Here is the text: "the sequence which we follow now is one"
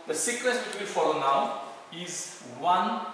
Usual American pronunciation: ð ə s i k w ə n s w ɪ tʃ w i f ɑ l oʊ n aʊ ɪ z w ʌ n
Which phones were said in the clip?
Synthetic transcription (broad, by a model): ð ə s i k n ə s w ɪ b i f ɑ l oʊ n aʊ ɪ z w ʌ n